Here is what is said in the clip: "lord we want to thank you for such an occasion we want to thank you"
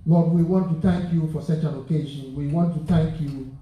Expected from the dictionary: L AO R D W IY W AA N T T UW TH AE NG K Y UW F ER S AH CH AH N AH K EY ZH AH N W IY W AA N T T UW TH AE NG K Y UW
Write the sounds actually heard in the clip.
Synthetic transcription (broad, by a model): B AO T W IY W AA N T T UW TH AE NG K Y UW F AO S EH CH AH L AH K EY SH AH N W IY W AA N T T UW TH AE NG K Y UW